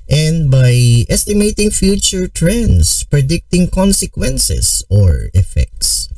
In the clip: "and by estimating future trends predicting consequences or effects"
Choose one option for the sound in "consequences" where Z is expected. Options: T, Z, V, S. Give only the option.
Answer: S